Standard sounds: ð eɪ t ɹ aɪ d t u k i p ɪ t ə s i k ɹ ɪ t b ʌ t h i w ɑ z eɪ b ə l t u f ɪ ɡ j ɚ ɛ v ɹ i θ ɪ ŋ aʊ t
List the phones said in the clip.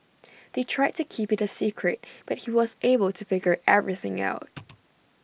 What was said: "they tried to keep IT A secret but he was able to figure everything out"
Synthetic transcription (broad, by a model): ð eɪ t ɹ aɪ d t u k i p ɪ t ə s i k ɹ ɪ t b ʌ t h i w ɑ z eɪ b ə l t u f ɪ ɡ j ɚ ɛ v ɹ i θ ɪ ŋ aʊ t